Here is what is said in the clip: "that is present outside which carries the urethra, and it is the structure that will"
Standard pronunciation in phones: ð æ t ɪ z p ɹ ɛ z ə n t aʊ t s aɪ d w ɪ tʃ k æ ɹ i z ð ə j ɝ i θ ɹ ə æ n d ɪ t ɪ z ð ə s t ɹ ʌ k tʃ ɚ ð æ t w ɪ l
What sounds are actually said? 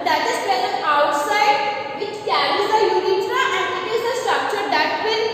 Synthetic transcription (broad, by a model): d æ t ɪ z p ɛ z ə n aʊ t s aɪ d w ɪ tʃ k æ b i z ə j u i t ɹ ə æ n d ɪ t ɪ z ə s t ɹ ʌ k tʃ ɚ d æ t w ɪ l